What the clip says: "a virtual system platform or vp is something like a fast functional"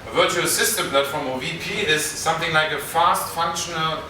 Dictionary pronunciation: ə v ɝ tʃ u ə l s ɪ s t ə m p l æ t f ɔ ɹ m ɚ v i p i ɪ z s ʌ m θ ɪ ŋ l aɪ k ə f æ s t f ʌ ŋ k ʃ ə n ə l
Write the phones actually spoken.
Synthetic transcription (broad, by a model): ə v ɝ tʃ u ə l s ɪ s t ə m p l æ t f ɔ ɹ m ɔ v i p i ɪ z s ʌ m θ ɪ ŋ l aɪ k ə f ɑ s t f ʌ ŋ k ʃ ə n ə l